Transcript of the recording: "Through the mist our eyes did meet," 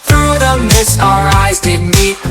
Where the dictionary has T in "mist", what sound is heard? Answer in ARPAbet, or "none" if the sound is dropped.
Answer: none